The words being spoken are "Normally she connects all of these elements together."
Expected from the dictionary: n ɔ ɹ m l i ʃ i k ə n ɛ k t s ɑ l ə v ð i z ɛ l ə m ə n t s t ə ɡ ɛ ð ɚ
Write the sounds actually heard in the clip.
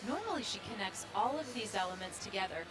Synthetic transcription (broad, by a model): n ɔ ɹ m l i ʃ i k ə n ɛ k t s ɑ l ə v ð i z ɛ l ə m ə n t s t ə ɡ ɛ ð ɚ